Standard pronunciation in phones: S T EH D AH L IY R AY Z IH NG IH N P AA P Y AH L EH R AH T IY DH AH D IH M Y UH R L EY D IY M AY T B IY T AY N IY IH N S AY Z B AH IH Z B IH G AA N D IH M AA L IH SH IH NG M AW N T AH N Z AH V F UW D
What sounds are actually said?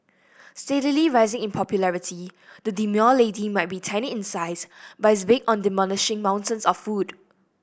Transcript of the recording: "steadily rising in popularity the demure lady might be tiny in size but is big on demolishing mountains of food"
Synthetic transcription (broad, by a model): S T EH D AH L IY R AY Z IH NG IH N P AA P Y AH L EH R AH T IY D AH D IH M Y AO L EY D IY M AY T B IY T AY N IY IH N S AY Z B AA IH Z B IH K AA N D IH M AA N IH SH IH NG M AW N T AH N S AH F F UW D